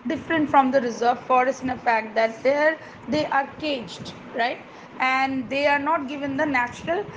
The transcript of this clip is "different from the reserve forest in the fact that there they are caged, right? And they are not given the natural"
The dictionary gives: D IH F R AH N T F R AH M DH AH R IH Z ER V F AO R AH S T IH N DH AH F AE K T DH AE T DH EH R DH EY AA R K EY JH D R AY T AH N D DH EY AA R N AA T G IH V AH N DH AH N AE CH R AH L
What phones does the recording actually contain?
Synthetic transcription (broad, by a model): D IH F R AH N T F R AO M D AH R IH Z ER V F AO R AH S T IH N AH F AE K T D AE T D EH R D EY AA R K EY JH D R AY T AH N D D EY AA R N AA T G IH V AH N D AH N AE CH R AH L